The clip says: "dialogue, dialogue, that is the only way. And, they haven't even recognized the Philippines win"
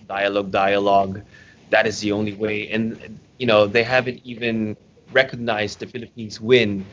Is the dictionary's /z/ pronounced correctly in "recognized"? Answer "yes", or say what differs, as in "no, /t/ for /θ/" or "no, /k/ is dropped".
yes